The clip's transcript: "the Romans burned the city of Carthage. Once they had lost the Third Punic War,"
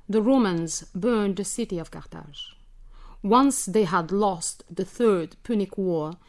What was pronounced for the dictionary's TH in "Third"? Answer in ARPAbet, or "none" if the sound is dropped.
TH